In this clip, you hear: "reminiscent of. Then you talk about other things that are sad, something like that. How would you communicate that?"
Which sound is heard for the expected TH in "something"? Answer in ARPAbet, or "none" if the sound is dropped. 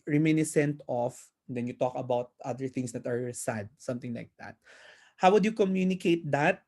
T